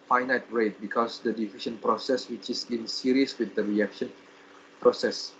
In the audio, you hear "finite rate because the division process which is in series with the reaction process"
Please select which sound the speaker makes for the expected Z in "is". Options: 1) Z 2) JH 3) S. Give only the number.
3